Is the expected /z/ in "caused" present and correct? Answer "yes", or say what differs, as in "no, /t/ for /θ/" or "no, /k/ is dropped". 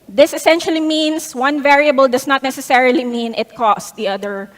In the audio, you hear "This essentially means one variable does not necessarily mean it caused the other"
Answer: no, /s/ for /z/